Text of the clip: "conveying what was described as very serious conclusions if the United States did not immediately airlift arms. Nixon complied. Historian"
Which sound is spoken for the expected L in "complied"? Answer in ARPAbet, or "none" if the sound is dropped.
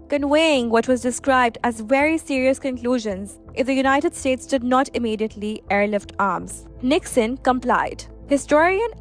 L